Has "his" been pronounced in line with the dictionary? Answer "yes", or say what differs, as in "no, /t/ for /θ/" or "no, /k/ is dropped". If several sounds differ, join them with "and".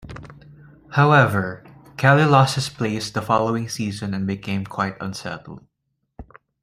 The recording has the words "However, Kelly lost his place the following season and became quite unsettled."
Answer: no, /s/ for /z/